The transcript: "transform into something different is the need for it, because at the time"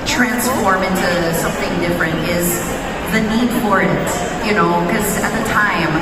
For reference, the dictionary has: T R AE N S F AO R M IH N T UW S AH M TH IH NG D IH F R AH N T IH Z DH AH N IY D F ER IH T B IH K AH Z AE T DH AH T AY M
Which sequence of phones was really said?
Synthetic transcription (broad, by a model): T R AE N S F AO R M IH N T UW S AH M TH IH NG D IH F R AH N T IH Z DH AH N IY D F ER IH T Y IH K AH Z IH T DH AH T AY M